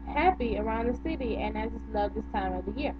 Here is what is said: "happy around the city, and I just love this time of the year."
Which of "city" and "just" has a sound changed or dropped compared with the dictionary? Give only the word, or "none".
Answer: just